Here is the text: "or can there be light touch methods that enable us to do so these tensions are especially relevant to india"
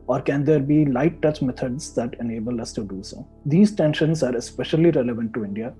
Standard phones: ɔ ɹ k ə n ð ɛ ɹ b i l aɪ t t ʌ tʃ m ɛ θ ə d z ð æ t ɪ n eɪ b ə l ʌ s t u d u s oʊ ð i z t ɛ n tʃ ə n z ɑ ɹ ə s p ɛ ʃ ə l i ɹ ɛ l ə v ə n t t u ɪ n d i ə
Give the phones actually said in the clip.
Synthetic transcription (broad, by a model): ɔ ɹ k ə n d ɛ ɹ b i l aɪ t t ʌ tʃ m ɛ t ə d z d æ t ɪ n eɪ b ə l ʌ s t u d u s oʊ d i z t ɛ n ʃ ə n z ɑ ɹ ə s p ɛ ʃ ə l i ɹ ɛ l ə v ə n t t u ɪ n d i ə